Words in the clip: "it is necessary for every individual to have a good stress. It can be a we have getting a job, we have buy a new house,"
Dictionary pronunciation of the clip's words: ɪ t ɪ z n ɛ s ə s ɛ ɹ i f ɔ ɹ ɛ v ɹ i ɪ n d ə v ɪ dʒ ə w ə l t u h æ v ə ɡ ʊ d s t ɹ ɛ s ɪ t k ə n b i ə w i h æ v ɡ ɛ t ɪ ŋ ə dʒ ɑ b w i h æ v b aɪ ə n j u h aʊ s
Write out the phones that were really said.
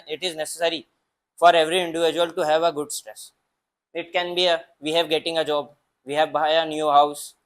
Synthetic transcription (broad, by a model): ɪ t ɪ z n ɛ s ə s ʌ ɹ i f ɔ ɹ ɛ v ɹ i ɪ n d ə v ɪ dʒ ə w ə l t u h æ v ə ɡ ʊ d s t ɹ ɛ s ɪ t k ə n b i ə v i h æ v ɡ ɛ t ɪ ŋ ə dʒ ɑ b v i h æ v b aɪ ə n j u h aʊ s